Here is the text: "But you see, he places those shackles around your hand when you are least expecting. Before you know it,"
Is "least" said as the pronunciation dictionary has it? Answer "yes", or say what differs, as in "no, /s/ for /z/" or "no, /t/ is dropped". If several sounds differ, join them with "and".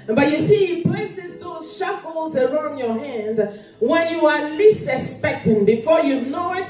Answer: no, /t/ is dropped